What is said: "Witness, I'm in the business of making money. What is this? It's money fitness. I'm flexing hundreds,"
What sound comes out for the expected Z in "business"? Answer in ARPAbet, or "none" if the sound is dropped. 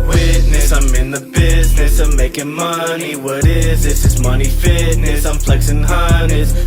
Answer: Z